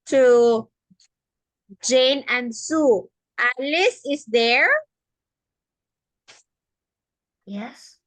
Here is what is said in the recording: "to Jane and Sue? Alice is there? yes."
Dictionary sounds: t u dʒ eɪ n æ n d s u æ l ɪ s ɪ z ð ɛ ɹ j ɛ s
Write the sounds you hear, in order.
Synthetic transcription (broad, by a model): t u dʒ eɪ n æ n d s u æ l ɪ s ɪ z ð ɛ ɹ j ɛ s